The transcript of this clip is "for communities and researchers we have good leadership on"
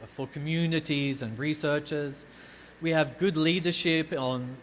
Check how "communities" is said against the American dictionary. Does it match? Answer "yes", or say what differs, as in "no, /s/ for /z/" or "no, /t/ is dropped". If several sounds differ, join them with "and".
yes